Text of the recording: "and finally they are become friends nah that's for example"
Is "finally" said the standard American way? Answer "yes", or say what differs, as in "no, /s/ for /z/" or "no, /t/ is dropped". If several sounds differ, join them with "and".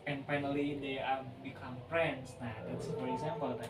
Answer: yes